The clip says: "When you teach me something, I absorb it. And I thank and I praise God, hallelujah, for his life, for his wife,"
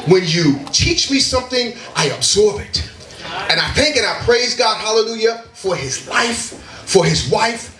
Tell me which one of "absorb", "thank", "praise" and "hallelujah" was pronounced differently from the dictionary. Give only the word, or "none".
none